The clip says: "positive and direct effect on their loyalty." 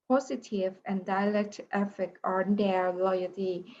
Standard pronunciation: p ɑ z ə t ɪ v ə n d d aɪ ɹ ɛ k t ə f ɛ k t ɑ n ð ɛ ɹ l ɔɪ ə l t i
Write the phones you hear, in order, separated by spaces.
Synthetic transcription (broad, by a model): p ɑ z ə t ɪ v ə n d d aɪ l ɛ k t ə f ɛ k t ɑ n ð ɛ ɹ l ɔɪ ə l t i